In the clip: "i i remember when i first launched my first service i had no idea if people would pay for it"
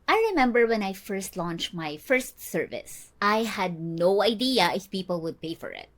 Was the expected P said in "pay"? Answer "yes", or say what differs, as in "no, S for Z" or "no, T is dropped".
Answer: yes